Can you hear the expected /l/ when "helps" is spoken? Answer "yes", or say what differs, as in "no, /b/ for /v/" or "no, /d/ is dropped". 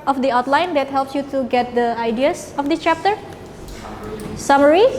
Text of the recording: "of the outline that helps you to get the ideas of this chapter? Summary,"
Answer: yes